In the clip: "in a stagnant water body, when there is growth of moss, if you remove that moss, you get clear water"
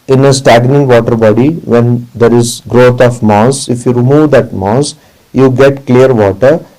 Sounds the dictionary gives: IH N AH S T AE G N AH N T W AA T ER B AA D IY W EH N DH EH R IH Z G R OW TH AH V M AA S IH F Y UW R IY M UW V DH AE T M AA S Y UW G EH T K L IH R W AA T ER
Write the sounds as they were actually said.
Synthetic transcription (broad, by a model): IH N AH S T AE G N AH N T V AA T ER B AA D IY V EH N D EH R IH Z G R OW T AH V M AA S IH F Y UW R IY M UW V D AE T M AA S Y UW G EH T K L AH R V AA T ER